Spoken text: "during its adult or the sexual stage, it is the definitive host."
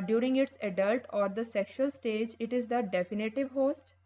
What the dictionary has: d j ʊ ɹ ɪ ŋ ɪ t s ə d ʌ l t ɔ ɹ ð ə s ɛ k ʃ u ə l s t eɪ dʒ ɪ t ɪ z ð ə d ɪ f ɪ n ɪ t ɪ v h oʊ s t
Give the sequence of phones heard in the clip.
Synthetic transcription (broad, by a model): d j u ɹ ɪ ŋ ɪ t s ə d ʌ l t ɔ ɹ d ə s ɛ k ʃ u ə l s t eɪ dʒ ɪ t ɪ z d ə d ɪ f ɪ n ɪ t ɪ v h oʊ s t